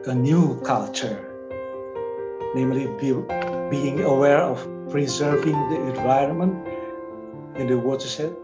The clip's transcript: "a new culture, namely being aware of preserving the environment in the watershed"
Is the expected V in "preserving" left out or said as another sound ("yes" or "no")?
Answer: no